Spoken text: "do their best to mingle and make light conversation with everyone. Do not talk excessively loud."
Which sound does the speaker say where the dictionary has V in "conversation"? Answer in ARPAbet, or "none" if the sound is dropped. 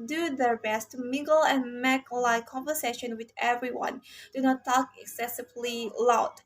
V